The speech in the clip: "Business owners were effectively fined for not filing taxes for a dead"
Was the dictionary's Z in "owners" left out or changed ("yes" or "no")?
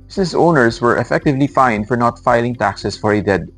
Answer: yes